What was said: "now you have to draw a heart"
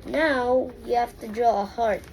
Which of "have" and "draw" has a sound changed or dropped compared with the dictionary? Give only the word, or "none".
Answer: have